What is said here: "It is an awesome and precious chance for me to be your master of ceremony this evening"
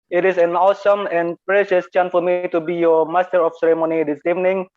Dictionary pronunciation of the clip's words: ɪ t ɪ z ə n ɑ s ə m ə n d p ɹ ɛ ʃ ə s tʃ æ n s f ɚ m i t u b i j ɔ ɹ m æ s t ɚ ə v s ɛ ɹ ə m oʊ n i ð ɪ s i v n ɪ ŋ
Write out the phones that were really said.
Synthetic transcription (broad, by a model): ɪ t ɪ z ə n ɑ s ə m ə n p ɹ ɛ ʃ ə s tʃ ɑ n f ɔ m i t u b i j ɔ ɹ m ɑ s t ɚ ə f s ɛ ɹ ə m oʊ n i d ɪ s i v n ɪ ŋ